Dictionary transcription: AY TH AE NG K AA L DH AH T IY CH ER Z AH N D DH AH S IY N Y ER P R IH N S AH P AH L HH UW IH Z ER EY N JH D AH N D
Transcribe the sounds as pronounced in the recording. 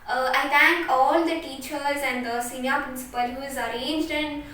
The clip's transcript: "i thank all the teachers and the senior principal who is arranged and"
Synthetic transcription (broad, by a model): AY T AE NG K AA L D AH T IY CH ER Z AH N D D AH S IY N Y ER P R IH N S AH P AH L HH UW IH Z ER EY N JH D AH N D